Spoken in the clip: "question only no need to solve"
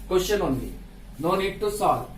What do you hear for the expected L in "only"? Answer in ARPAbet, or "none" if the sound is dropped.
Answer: none